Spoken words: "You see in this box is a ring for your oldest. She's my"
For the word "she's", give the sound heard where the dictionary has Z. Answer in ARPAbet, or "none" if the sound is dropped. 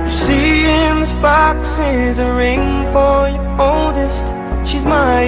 Z